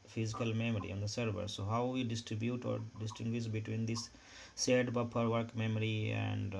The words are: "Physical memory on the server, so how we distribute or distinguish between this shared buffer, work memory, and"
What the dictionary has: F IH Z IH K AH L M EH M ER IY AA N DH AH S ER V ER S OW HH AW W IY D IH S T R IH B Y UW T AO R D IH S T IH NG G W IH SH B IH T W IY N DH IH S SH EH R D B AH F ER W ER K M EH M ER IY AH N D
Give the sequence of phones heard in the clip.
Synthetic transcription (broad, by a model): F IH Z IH K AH L M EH M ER IY AA N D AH S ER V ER S OW HH AW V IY D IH S T R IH B Y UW T AO R D IH S T IH NG G W IH SH B IH T W IY N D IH S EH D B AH P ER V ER K M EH M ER IY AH N D